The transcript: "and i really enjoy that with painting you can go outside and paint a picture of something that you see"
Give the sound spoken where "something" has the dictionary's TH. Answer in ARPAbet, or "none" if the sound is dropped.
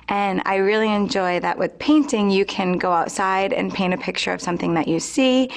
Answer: TH